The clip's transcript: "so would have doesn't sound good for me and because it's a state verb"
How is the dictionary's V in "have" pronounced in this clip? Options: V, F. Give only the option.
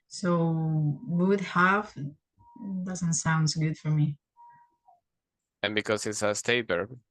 F